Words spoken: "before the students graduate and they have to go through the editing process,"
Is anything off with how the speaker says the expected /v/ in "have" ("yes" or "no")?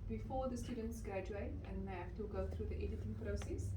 yes